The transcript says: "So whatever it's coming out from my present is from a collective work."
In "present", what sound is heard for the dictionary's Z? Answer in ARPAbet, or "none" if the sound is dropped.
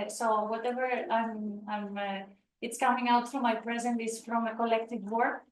Z